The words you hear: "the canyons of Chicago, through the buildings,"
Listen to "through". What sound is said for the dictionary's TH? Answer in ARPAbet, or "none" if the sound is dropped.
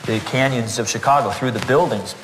TH